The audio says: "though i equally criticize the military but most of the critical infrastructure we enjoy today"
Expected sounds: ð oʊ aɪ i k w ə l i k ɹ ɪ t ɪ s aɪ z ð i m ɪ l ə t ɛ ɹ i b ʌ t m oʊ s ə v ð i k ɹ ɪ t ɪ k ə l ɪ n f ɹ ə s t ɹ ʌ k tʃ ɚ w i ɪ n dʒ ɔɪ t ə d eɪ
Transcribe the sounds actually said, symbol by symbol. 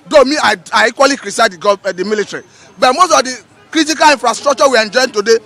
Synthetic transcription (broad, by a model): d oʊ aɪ i k w ə l i k ɹ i s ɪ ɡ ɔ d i m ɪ l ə t ɹ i b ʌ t m oʊ s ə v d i k ɹ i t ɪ k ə l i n f ɹ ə s t ɹ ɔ k tʃ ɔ w i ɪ n dʒ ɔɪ t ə d eɪ